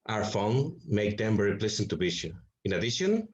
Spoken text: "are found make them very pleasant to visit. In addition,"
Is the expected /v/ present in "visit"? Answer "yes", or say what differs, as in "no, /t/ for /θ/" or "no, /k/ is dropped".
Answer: no, /b/ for /v/